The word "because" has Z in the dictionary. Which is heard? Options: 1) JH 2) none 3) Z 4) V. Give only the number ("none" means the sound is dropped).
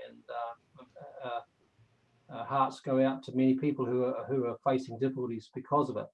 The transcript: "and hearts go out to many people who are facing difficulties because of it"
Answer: 3